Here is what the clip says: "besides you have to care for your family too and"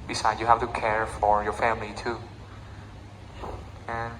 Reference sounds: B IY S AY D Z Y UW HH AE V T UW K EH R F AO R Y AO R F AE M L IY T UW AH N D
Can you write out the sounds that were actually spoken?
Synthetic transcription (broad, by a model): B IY S AY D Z Y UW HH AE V T UW K EH R F AO R Y AO R F AE M L IY T UW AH N